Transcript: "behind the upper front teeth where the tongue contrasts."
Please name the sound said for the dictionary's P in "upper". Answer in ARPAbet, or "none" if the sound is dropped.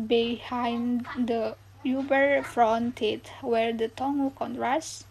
B